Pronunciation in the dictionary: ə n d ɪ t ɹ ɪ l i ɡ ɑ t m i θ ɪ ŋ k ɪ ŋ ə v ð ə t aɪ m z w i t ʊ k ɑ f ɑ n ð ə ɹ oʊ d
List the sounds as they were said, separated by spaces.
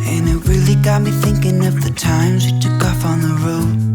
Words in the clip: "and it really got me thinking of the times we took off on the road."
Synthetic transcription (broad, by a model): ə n ɪ t ɹ ɪ l i ɡ ɑ t m i θ ɪ ŋ k ɪ ŋ ə v ð ə t aɪ m z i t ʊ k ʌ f n ð ə ɹ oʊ